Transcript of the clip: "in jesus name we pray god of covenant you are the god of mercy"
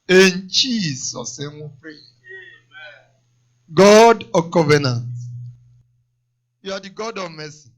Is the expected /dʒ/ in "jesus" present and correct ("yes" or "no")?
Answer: no